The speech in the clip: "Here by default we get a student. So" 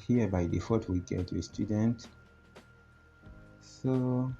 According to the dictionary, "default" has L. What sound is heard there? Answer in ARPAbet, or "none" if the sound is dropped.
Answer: none